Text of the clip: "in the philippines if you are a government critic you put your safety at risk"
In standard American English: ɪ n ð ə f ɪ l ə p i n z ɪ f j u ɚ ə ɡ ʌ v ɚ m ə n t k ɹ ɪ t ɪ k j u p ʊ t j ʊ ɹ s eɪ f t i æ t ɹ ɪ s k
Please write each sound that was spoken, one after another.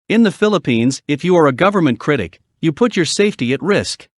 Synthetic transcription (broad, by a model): ɪ n ð ə f ɪ l ə p i n z ɪ f j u ɚ ə ɡ ʌ v ɚ m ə n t k ɹ ɪ t ɪ k j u p ʊ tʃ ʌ ɹ s eɪ f t i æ t ɹ ɪ s k